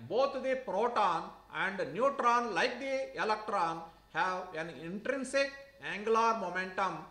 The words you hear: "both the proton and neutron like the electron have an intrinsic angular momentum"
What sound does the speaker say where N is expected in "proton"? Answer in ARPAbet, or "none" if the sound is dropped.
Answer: N